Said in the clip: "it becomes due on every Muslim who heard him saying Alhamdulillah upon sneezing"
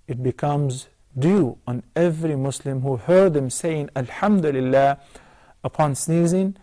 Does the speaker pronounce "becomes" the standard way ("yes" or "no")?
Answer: yes